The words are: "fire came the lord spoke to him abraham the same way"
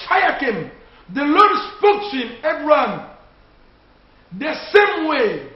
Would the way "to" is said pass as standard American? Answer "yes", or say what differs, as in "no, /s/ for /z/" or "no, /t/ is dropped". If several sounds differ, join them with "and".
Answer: no, /s/ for /t/